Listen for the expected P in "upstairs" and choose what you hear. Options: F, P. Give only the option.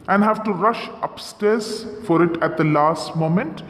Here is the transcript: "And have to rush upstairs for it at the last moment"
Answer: P